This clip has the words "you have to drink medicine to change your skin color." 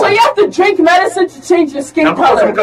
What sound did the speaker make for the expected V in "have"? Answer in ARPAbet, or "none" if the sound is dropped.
F